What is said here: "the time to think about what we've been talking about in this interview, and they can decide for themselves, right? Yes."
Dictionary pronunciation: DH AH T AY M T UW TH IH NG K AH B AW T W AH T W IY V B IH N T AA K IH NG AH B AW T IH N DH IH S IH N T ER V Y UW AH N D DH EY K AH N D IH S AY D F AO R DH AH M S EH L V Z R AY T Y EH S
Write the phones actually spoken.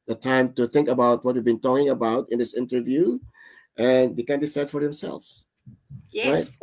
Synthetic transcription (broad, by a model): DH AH T AY M T UW TH IH NG K AH B AW T W AH T W IY V B IH N T AA K IH NG AH B AW T IH N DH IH S IH N T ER V Y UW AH N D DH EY K AH N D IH S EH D F AO R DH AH M S EH L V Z R AY T